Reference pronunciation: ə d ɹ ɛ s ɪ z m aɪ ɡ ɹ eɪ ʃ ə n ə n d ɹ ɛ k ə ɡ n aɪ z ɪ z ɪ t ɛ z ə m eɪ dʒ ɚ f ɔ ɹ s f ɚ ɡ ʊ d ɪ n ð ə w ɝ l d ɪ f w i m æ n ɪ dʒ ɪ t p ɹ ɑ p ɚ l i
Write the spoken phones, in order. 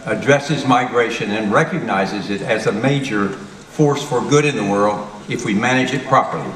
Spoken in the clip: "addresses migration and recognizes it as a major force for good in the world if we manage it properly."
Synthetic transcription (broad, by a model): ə d ɹ ɛ s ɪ z m aɪ ɡ ɹ eɪ ʃ ə n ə n ɹ ɛ k ə ɡ n aɪ z ɪ z ɪ t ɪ z ə m eɪ dʒ ɚ f ɔ ɹ s f ɚ ɡ ʊ d ɪ n ð ə w ɝ l d ɪ f w i m æ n ɪ dʒ ɪ t p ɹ ɑ p ɚ l i